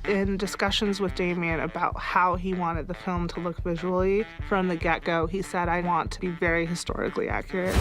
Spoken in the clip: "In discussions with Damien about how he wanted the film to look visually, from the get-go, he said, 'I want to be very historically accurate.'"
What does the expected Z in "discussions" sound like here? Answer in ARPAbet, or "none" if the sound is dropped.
Z